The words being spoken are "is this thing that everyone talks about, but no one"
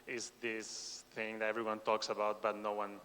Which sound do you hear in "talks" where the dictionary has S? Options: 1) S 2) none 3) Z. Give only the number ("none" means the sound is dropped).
1